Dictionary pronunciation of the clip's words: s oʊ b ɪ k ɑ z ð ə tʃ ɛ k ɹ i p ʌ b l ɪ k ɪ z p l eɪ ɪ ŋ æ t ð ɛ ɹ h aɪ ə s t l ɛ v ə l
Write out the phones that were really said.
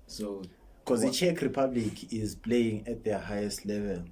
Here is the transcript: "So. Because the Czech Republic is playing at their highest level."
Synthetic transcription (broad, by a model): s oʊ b k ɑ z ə tʃ ɛ k ɹ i p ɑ b l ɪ k ɪ z p l eɪ ɪ ŋ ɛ t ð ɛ h aɪ ə s t l ɛ v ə l